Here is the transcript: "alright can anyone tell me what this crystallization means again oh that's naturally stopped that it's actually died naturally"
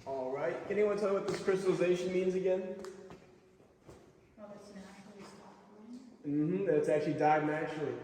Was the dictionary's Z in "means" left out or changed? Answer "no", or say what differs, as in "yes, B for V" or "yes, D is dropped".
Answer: no